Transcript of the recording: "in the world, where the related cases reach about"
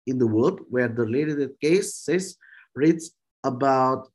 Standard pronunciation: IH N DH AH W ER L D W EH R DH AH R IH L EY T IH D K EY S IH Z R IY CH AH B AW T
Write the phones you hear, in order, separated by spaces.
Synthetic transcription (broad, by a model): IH N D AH W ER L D W EH R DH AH L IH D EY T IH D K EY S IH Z R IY S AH B AW T